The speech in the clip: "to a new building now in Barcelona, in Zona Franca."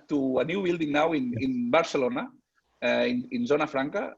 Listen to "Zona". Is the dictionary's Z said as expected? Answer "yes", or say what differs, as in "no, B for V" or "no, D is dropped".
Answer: yes